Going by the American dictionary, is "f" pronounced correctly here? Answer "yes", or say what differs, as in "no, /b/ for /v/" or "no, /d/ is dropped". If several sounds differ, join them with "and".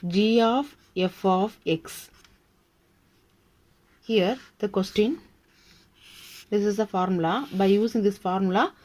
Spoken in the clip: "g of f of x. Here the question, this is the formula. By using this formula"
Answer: yes